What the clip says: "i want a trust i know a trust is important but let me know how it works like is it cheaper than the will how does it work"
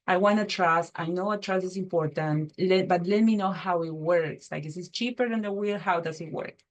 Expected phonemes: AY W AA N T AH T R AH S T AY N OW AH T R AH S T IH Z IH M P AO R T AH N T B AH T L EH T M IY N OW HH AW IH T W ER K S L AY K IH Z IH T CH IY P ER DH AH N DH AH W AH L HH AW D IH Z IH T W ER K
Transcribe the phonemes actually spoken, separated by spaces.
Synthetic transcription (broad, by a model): AY W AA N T AH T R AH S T AY N OW AH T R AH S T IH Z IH M P AO R T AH N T B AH T L EH T M IY N OW HH AW IH T W ER K S L AY K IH S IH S CH IY P ER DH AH N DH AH W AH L HH AW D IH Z IH T W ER K